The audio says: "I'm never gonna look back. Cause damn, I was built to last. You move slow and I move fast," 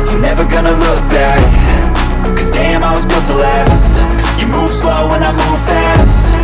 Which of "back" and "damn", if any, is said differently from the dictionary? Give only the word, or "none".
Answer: none